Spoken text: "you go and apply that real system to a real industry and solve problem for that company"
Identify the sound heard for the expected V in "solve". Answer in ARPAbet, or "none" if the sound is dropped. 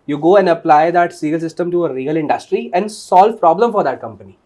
V